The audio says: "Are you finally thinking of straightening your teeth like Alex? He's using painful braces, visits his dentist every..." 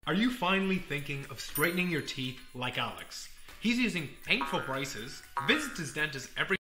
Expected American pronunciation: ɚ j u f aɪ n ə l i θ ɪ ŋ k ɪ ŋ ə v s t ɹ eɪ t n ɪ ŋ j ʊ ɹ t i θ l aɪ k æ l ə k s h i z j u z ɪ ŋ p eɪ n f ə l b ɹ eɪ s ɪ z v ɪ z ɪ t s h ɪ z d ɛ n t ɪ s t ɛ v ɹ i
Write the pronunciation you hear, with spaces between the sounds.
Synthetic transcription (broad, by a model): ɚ j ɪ f aɪ n l i θ ɪ ŋ k ɪ ŋ ə v s t ɹ eɪ t n ɪ ŋ j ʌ ɹ t i θ l aɪ k æ l ə k s h i z j u z ɪ ŋ p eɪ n f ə l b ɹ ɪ s ɪ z v ɪ z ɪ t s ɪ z d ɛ n t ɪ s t ɛ v ɹ i